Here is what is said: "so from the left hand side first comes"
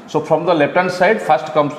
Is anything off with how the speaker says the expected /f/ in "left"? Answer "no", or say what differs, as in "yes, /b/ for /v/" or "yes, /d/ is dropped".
yes, /p/ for /f/